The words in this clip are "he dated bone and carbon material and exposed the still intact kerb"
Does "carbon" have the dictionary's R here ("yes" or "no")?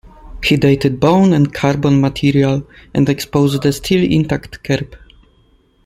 yes